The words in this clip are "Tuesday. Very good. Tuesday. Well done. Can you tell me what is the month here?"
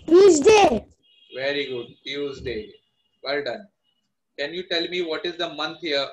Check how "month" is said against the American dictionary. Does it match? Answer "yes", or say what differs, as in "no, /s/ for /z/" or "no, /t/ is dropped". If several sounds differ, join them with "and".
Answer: no, /t/ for /θ/